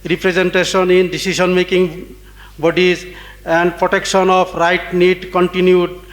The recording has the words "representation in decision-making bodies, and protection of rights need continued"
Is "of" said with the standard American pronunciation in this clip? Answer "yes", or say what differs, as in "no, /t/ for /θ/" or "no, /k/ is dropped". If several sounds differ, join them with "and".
no, /p/ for /v/